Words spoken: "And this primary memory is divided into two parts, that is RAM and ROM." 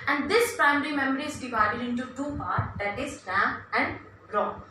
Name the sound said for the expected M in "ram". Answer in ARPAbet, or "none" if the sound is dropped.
none